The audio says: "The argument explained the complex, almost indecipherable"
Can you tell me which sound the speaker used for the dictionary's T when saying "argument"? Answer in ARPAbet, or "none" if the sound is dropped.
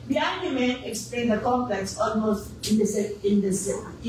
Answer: none